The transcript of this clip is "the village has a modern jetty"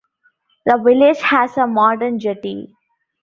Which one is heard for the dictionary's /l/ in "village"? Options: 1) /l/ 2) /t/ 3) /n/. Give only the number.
1